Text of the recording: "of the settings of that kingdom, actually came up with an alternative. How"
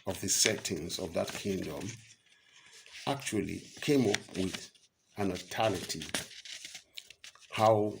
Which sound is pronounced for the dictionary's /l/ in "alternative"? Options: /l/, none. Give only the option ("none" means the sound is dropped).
none